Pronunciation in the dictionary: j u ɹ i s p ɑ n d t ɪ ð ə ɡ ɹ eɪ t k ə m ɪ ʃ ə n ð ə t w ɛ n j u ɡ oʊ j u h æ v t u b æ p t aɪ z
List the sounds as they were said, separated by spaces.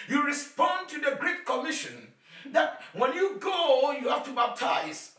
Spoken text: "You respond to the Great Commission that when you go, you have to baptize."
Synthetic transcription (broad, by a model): j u ɹ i s p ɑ n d t ɪ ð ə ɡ ɹ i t k ə m ɪ ʃ ə n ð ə t w ɛ n j u ɡ oʊ j u h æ f t u b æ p t aɪ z